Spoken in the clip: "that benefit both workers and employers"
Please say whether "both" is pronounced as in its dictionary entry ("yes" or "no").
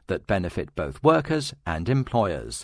yes